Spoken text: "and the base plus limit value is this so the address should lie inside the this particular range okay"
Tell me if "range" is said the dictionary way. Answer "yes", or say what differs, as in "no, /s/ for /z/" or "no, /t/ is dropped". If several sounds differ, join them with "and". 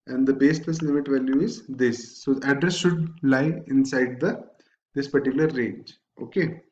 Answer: yes